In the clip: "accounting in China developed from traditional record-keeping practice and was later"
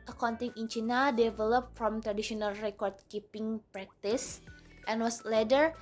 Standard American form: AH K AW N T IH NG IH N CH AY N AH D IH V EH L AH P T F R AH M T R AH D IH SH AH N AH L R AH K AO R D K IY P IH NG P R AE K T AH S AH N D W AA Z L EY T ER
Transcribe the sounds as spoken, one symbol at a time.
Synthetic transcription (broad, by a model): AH K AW N T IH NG IH N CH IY N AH D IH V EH L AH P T F R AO M T R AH D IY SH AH N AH L R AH K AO R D K IY P IH NG P R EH K T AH S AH N W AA S L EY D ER